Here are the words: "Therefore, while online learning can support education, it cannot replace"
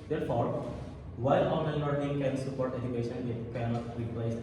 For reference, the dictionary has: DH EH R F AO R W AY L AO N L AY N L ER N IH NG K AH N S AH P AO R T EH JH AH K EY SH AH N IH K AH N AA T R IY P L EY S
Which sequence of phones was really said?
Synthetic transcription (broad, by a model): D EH R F AO R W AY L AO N AY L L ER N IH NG K AH N S AH P AO R T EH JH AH K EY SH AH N IH K AH N AA T R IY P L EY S